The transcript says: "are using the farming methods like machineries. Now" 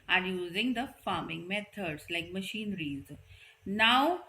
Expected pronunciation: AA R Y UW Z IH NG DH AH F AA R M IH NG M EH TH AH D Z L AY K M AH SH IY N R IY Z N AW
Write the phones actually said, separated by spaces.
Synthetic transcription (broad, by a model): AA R Y UW Z IH NG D AH F AA R M IH NG M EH T AH D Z L AY K M AH SH IY N R IY Z N AW